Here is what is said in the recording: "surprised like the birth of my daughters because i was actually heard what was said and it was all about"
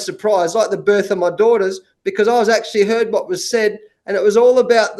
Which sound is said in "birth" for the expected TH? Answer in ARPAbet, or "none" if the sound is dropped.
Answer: TH